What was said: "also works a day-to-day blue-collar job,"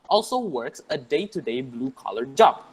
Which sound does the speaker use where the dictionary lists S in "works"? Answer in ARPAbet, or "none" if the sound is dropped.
S